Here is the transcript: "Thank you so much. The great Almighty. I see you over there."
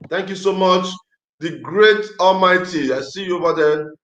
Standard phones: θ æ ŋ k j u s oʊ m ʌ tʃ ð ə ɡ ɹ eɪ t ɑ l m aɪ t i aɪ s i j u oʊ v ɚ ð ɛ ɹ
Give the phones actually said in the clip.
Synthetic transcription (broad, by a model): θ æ ŋ k j u s oʊ m ʌ tʃ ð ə ɡ ɹ eɪ t ɑ l m aɪ t i aɪ s i j u oʊ v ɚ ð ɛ